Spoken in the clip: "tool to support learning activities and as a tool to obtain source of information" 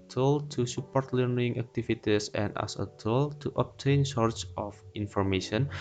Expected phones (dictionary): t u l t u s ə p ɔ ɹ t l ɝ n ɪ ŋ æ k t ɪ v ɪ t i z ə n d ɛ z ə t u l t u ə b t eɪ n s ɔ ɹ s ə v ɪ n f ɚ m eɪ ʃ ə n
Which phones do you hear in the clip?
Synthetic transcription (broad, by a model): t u l t u s ə p ɔ ɹ t l ɝ n ɪ ŋ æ k t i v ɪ t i s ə n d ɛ s ə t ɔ l t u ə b t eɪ n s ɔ ɹ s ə f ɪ n f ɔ m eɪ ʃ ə n